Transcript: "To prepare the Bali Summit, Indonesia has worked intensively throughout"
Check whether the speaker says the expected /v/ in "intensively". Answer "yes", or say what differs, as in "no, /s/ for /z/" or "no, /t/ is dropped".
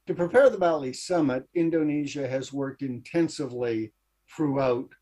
yes